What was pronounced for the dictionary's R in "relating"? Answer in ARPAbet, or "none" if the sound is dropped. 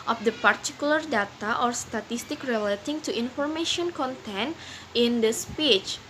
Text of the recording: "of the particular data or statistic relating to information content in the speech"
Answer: R